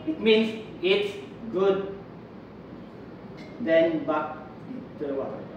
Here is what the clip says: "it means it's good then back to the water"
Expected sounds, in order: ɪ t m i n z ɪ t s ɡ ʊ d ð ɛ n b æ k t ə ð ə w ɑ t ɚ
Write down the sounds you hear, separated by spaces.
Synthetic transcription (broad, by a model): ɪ t m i n s ɪ t s ɡ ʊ d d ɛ n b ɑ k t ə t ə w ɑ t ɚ